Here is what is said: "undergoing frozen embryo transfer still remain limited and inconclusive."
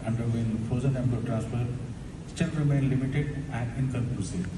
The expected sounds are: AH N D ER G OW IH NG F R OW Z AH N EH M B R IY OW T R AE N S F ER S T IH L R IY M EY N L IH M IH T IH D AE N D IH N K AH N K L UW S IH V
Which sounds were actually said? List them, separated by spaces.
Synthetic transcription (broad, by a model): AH N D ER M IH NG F OW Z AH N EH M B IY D T R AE N S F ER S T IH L R IY M EY N L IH M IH T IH D AE N D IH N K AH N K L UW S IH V